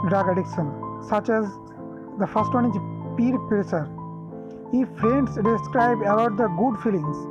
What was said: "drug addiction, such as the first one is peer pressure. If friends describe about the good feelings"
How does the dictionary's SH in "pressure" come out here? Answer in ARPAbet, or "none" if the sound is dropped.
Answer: S